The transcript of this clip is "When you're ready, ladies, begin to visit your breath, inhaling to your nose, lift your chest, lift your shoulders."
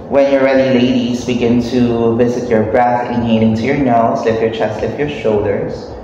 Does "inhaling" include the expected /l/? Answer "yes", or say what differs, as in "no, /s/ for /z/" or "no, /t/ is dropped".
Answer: no, /n/ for /l/